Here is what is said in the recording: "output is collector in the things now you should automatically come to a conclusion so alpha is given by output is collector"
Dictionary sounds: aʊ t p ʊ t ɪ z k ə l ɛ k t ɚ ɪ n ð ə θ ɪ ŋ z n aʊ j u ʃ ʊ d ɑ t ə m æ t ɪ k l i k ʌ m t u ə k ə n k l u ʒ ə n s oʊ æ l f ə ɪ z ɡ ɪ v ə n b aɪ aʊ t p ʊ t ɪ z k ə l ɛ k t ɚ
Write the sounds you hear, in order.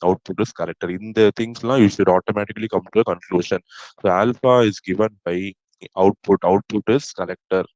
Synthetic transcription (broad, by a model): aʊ t p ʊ t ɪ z k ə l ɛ k t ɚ ɪ n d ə t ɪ ŋ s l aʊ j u ʃ ʊ d ɑ t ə m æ t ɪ k l i k ʌ m t u ə k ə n k l u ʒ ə n s oʊ æ l f ə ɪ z ɡ ɪ v ə n b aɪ aʊ t p ʊ t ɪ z k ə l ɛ k t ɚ